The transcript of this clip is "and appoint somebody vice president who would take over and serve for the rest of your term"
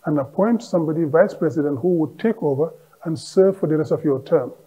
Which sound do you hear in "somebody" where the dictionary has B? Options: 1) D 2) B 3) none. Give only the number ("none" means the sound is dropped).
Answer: 2